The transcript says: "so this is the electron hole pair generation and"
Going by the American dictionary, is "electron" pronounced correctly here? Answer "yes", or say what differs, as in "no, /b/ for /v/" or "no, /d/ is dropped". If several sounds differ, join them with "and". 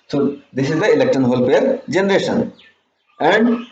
no, /ɹ/ is dropped